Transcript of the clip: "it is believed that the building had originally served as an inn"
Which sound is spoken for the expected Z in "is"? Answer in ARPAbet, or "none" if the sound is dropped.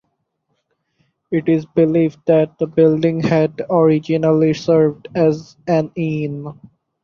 Z